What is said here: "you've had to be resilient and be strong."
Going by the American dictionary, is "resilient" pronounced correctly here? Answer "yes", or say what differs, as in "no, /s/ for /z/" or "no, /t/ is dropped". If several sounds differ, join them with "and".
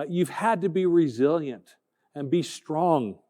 yes